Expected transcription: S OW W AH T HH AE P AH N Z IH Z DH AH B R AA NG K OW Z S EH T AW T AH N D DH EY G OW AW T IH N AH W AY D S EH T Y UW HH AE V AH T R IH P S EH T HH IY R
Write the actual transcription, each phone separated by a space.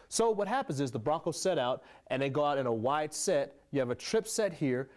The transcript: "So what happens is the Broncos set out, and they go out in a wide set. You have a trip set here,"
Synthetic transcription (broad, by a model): S OW W AH T HH AE P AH N Z IH Z DH AH B R AA K OW S EH T AW T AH N DH EY G OW AW T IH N AH W AY D S EH T Y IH V AH T R IH P S EH T HH IY R